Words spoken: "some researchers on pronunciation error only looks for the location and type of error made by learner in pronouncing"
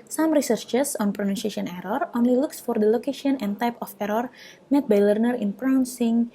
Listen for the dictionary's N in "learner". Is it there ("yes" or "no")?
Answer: yes